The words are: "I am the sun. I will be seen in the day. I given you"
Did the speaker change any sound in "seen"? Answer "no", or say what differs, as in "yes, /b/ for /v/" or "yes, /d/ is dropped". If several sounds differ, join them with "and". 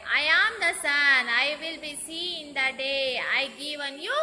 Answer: yes, /n/ is dropped